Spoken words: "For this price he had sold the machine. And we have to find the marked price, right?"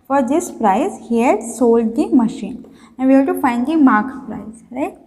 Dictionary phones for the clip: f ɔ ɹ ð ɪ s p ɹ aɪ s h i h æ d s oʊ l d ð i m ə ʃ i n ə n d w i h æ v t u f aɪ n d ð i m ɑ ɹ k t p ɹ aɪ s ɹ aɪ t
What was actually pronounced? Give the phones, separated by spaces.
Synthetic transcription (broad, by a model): f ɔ ɹ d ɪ s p ɹ aɪ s h i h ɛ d s oʊ l d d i m ə ʃ i n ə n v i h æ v t u f aɪ n d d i m ɑ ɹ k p ɹ aɪ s ɹ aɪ t